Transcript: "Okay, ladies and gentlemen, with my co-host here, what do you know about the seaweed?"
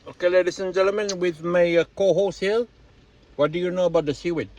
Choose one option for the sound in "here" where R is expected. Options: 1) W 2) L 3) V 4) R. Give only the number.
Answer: 2